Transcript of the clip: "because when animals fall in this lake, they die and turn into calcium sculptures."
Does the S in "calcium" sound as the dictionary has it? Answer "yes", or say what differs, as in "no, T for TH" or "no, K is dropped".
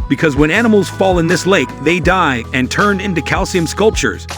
yes